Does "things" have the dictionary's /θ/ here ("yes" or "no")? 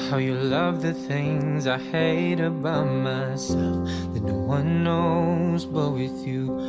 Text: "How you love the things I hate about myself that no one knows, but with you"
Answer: yes